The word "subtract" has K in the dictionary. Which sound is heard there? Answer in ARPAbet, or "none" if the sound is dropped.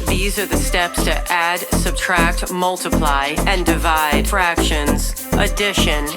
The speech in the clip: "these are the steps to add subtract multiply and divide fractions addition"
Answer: K